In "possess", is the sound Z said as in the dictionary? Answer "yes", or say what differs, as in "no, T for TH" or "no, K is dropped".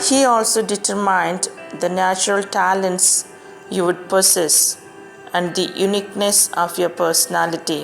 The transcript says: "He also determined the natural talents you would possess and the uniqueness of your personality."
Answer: no, S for Z